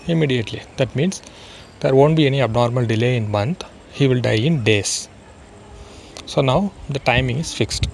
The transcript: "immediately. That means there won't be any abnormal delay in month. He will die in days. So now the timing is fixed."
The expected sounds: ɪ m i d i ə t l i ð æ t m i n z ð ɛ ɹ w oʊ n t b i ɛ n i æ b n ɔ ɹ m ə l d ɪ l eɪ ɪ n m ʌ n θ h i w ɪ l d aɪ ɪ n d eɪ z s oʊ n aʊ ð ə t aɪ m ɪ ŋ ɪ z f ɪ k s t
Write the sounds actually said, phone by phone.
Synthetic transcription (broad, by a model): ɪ m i d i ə t l i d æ t m i n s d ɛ ɹ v oʊ n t b i ɛ n i æ b n ɔ ɹ m ə l d ɪ l eɪ ɪ n m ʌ n t h i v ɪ l d aɪ ɪ n d eɪ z s oʊ n aʊ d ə t aɪ m ɪ ŋ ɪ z f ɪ k s t